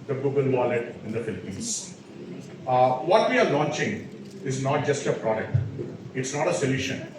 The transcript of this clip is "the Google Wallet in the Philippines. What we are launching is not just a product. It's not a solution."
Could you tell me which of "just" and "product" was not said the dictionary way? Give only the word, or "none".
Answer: none